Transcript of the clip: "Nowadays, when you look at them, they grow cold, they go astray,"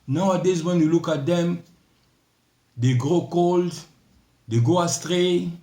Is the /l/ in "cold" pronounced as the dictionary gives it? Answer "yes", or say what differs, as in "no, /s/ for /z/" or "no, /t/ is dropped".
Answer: yes